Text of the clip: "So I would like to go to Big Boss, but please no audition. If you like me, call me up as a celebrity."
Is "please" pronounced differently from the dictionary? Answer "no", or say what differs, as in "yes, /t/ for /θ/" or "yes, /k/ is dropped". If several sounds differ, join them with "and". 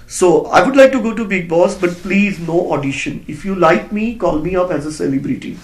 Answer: no